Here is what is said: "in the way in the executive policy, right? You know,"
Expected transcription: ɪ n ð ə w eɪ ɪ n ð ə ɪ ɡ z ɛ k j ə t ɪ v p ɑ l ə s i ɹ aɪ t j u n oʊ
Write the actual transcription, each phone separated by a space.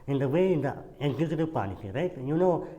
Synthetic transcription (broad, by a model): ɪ n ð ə w eɪ ɪ n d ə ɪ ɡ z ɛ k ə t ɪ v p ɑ n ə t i ɹ aɪ t j u n oʊ